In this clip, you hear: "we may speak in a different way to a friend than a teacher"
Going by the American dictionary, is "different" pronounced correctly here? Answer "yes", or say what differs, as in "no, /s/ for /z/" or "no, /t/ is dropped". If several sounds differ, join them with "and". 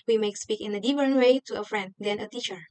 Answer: no, /ɹ/ is dropped